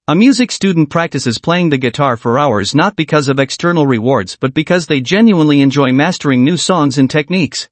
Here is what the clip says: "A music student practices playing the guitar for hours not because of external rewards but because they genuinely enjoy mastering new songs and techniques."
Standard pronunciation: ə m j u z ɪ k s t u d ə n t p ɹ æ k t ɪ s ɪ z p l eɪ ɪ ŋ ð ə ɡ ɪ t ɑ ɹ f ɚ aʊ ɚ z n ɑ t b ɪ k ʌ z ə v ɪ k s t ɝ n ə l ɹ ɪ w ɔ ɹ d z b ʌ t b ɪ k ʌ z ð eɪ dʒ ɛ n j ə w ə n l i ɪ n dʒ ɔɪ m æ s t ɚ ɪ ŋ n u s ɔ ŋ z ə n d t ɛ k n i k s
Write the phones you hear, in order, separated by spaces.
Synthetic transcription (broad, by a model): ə m j u z ɪ k s t u d n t p ɹ æ k t ɪ s ɪ z p l eɪ ɪ ŋ ð ə ɡ ɪ t ɑ ɹ f ɚ aʊ ɚ z n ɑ t b ɪ k ʌ z ə v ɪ k s t ɝ n l ɹ ɪ w ɔ ɹ d z b ʌ t b ɪ k ʌ z ð eɪ dʒ ɛ n j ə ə n l i ɪ n dʒ ɔɪ m æ s t ɚ ɪ ŋ n u s ɔ ŋ z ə n t ɛ k n i k s